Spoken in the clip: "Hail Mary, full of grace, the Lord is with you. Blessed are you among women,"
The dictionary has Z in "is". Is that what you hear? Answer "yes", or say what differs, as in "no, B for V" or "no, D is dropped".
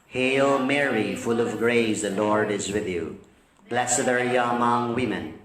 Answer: yes